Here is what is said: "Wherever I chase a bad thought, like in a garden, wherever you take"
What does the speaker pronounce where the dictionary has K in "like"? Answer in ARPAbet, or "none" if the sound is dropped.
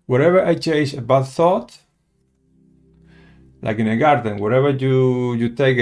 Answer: K